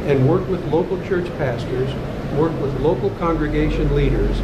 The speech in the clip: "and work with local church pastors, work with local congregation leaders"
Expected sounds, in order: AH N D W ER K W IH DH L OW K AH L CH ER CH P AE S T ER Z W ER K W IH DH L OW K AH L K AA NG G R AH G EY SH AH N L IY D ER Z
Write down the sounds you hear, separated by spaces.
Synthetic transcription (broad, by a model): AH N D W ER K W IH DH L OW K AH L CH ER CH P AE S T ER Z W ER K W IH DH L OW K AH L K AA NG G R AH G EY SH AH N L IY D ER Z